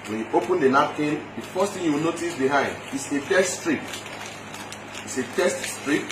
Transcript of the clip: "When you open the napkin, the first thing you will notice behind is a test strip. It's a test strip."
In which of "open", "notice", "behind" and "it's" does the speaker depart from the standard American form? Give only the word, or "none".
none